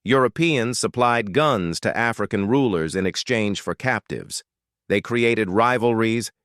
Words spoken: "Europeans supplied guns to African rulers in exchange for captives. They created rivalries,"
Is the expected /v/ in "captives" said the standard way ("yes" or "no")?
yes